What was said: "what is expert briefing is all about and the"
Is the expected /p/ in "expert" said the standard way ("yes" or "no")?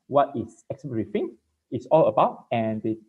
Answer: no